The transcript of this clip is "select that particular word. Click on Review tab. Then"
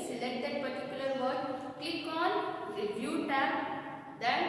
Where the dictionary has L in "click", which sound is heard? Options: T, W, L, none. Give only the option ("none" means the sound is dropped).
none